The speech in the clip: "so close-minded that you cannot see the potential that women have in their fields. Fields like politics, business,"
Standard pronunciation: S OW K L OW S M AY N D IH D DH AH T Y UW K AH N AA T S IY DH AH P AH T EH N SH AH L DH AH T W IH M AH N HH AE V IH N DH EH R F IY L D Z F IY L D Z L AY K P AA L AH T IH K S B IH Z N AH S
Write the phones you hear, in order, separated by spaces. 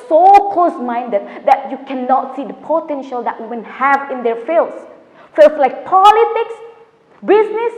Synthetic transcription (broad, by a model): S OW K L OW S M AY N D IH D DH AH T Y UW K AH N AA T S IY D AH P AH T EH N SH AH L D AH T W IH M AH N HH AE V IH N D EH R F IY L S F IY L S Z L AY K P AA L AH T IH K S B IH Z N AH S